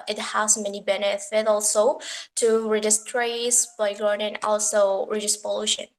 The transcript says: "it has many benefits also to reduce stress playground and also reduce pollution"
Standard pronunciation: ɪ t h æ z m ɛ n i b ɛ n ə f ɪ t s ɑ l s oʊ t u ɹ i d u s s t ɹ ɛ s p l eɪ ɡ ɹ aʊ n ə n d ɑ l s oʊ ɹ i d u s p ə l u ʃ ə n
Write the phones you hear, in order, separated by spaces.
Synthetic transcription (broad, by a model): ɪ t h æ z m ɛ n i b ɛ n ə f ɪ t ɑ l s oʊ t u ɹ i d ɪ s s t ɹ ɛ s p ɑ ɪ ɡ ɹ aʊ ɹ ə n ɑ l s oʊ ɹ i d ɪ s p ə l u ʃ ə n